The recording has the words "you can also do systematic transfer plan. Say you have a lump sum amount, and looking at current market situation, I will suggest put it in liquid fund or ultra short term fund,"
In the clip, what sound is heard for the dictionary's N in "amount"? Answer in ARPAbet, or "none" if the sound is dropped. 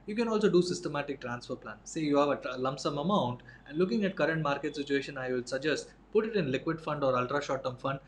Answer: N